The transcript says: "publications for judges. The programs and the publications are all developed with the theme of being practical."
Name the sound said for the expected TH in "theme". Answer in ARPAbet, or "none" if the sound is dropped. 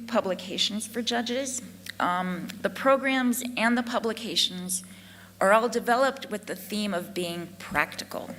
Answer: TH